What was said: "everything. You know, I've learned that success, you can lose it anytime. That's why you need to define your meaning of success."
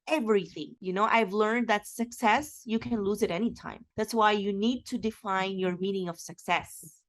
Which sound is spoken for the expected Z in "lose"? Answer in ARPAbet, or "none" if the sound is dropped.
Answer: Z